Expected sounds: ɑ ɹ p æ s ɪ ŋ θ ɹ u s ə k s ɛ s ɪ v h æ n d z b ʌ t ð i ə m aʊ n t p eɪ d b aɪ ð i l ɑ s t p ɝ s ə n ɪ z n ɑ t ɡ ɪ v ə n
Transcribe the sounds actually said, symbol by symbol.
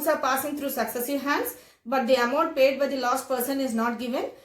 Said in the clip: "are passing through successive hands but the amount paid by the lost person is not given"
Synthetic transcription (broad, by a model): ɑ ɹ p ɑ s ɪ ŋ t ɹ u s ə k s ɛ s ɪ v h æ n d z b ʌ t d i ə m aʊ n t p eɪ d b aɪ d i l ɑ s t p ɝ s ə n ɪ z n ɑ t ɡ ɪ v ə n